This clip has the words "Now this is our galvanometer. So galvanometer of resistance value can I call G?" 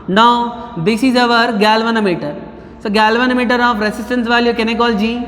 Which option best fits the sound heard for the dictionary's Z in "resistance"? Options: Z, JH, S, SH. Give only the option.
S